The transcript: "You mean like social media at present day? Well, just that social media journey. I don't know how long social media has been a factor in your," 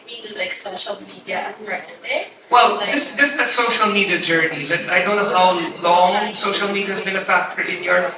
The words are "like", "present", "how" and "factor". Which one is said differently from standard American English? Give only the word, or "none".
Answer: present